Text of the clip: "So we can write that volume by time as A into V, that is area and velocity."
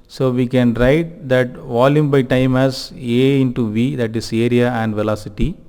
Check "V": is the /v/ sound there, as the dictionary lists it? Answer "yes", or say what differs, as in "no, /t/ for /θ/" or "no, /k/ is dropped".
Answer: yes